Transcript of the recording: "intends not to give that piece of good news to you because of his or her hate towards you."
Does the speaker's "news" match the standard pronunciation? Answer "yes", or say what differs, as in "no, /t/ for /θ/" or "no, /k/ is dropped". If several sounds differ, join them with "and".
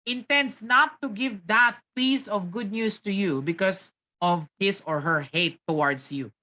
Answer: no, /s/ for /z/